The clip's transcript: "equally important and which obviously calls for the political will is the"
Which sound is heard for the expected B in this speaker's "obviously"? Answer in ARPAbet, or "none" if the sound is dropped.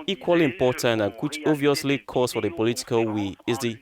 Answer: none